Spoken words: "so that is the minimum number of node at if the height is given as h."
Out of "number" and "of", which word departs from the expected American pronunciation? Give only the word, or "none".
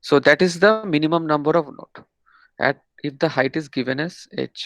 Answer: none